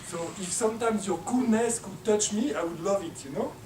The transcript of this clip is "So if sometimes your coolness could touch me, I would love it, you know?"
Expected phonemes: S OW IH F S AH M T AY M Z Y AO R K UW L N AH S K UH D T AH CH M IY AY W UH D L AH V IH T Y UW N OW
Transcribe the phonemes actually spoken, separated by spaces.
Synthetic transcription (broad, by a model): S OW IH F S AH M T AY M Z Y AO K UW N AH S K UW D T AH CH M IY AY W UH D L AH V IH T Y UW N OW